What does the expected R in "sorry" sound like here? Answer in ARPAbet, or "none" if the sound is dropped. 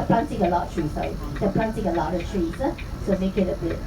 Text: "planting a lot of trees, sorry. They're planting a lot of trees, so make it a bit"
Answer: none